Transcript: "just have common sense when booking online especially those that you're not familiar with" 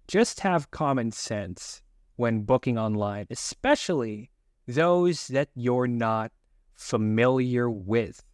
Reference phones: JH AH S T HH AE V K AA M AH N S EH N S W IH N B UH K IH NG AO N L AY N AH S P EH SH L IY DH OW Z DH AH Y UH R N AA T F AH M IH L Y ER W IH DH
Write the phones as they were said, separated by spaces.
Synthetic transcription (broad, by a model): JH AH S T HH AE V K AA M AH N S EH N S W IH N B UH K IH NG AO N L AY N AH S P EH SH L IY DH OW Z DH AH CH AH R N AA T F AH M IH L Y ER W IH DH